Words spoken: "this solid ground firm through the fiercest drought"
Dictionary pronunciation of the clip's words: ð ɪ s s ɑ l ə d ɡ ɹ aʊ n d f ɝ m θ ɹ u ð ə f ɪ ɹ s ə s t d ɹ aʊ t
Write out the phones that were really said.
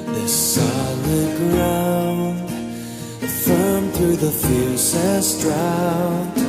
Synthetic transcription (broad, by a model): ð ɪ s s ɑ l ə d ɡ ɹ aʊ n d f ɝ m θ ɹ u ð ə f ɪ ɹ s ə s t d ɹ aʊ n